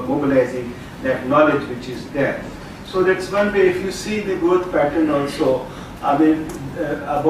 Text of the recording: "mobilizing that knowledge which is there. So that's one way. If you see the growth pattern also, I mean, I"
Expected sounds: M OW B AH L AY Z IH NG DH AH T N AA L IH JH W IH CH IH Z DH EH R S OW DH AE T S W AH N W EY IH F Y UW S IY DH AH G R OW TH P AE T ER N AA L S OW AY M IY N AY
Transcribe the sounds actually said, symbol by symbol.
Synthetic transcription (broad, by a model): M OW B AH L AY Z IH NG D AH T N AA L IH JH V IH CH IH Z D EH R S OW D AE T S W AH N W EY IH F Y UW S IY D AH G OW T P AE T ER N AA L S OW AY M IY N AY